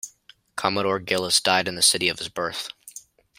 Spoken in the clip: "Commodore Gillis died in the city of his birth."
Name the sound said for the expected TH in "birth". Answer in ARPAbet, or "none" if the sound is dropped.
TH